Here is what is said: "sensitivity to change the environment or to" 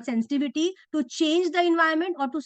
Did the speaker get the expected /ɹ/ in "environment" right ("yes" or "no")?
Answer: no